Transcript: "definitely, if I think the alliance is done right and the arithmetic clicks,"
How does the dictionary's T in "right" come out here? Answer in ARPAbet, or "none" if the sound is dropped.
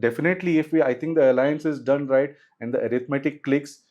T